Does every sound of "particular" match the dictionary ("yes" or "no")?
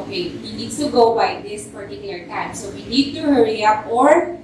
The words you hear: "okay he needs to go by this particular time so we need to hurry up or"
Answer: no